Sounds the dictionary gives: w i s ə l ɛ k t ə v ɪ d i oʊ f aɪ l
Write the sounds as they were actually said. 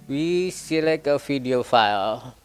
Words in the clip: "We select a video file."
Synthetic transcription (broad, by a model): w i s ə l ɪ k ə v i d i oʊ f aɪ l